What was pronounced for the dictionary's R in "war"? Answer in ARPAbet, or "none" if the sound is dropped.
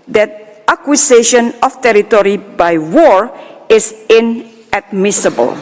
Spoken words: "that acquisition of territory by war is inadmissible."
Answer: R